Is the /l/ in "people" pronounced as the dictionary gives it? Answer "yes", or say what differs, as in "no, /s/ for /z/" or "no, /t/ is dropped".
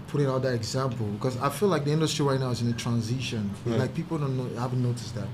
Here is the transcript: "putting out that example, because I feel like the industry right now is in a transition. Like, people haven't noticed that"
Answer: no, /n/ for /l/